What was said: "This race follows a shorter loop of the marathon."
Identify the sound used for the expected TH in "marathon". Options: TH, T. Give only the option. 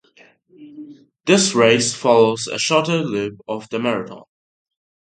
T